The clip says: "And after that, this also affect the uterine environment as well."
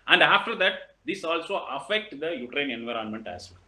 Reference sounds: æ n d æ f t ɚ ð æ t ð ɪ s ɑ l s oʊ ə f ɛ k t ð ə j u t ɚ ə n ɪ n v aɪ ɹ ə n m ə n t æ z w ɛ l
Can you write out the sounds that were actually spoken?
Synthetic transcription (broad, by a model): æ n d æ f t ɚ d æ t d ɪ s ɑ l s oʊ ə f ɛ k t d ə j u t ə n ɪ n v aɪ ɹ ə n m ə n t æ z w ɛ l